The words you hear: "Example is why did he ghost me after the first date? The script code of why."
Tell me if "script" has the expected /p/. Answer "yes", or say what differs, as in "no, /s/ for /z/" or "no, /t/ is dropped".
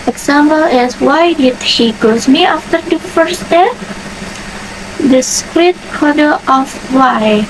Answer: no, /p/ is dropped